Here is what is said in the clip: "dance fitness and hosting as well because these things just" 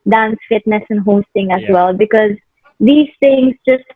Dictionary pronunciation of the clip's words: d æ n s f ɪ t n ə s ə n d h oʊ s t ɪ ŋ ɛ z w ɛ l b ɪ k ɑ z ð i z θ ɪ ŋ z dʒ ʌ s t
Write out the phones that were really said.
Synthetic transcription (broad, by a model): d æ n s f ɪ t n ə s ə n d h oʊ s t ɪ ŋ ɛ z w ɛ l b ɪ k ɑ z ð i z t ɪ ŋ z dʒ ʌ s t